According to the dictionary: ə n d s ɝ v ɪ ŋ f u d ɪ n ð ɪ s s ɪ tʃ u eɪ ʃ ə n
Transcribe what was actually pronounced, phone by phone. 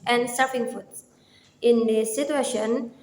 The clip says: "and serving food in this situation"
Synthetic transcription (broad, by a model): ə n d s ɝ p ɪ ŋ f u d ɪ n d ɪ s s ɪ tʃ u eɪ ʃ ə n